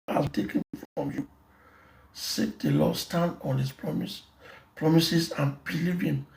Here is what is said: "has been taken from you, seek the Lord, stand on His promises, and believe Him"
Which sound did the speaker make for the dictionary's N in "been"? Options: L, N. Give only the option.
L